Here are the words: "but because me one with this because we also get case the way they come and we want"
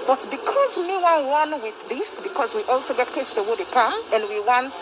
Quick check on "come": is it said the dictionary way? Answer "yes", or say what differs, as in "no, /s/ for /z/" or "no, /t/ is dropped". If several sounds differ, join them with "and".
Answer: no, /m/ is dropped